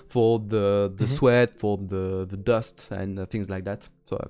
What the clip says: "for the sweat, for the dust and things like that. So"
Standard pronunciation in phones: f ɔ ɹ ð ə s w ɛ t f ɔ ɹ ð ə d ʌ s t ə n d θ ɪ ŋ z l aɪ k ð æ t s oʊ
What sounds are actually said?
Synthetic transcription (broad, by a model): f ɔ ɹ ð ə s w ɛ t f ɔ ɹ ð ə d ʌ s t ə n θ ɪ ŋ z l aɪ k ð æ t s oʊ